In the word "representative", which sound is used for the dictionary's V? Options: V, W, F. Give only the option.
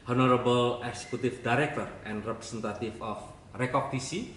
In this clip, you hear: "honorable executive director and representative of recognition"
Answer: F